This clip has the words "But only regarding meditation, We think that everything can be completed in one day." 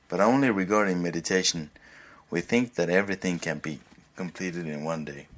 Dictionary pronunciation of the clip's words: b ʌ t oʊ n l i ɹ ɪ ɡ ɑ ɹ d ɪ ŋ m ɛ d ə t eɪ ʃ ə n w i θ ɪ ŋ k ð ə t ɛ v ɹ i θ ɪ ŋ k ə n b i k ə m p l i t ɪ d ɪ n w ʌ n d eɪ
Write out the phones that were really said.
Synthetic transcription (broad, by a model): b ʌ t oʊ n l i ɹ ɪ ɡ ɑ ɹ d ɪ ŋ m ɛ d ə t eɪ ʃ ə n w i θ ɪ ŋ k ð ə t ɛ v ɹ i θ ɪ ŋ k ə n b i k ə m p l i t ɪ d ɪ n w ʌ n d eɪ